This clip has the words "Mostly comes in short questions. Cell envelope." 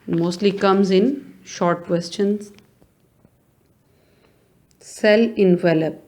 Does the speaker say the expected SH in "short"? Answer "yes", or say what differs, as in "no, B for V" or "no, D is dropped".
yes